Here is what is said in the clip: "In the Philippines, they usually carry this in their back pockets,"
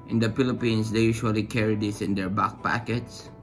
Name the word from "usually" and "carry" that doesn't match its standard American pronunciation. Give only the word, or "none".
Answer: usually